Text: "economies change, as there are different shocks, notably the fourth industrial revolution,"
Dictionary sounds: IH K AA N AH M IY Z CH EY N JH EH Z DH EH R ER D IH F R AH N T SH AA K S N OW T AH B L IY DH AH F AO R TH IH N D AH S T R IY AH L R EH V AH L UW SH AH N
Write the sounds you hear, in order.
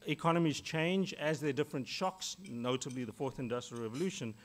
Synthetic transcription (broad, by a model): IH K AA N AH M IY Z CH EY N JH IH Z DH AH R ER D IH F R AH N T SH AA K S N OW T AH B L IY DH AH F AO R TH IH N D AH S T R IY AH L R EH V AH L UW SH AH N